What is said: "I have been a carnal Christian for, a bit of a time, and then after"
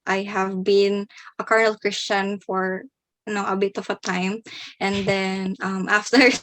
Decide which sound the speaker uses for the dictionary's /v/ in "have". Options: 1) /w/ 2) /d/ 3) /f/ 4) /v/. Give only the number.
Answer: 4